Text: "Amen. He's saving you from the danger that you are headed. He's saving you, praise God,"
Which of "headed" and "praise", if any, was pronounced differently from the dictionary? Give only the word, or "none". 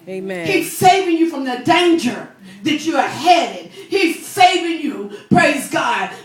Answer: none